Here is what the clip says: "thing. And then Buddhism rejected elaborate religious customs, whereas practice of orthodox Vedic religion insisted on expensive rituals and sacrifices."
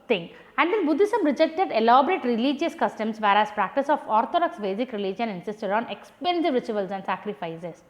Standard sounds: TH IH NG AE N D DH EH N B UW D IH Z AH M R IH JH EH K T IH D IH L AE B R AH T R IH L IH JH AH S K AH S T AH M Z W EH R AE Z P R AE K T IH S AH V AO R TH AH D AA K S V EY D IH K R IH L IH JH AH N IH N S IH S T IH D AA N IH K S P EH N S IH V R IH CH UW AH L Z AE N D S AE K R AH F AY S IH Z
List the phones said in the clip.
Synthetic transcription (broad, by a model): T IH NG AE N D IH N B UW D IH S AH M R IH JH EH K T IH D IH L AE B R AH T R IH L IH JH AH S K AH S T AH M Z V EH R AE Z P R AE K T IH S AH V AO R T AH D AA K S B EY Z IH K R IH L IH JH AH N IH N S IH S T IH D AA N IH K S P EH N S IH V R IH CH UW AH L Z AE N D S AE K R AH F AY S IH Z